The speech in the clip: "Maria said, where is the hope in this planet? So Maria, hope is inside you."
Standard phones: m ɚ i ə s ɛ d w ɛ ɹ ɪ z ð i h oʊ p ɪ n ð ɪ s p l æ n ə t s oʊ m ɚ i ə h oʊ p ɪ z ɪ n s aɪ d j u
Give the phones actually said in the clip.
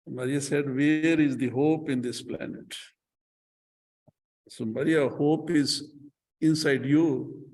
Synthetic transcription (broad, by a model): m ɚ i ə s ɛ d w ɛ ɹ ɪ z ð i h oʊ p ɪ n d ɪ s p l æ n ə t s oʊ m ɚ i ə h oʊ p ɪ z ɪ n s aɪ d j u